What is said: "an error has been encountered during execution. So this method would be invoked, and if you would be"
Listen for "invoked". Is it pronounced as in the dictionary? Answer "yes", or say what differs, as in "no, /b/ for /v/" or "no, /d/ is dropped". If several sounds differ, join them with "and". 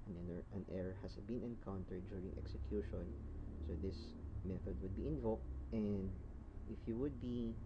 yes